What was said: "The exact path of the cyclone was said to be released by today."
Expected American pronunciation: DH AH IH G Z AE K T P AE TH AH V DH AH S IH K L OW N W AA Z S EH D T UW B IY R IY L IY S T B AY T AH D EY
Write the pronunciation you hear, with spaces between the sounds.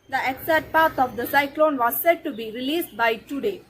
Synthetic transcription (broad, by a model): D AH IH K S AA T P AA T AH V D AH S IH K L OW N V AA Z S EH D T UW B IY R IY L IY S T B AY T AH D EY